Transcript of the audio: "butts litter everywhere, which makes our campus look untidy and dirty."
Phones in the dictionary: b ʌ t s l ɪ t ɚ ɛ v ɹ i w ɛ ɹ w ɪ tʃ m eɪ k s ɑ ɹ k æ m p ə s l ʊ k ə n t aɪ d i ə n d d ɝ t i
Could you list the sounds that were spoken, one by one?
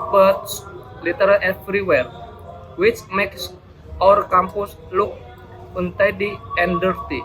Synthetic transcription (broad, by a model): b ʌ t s l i t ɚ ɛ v ɹ i w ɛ ɹ w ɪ tʃ m eɪ k s ɑ ɹ k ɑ m p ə s l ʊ k ə n t aɪ d i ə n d d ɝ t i